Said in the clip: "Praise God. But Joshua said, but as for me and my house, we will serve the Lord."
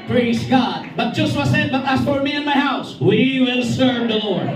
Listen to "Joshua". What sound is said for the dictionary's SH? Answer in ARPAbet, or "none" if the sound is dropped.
none